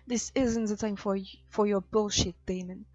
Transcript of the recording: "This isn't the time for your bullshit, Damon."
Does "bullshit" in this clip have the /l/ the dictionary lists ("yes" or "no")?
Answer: yes